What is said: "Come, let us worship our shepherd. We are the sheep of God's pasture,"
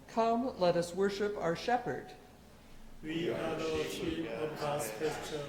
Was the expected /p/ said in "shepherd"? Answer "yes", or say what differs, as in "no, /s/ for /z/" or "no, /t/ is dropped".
yes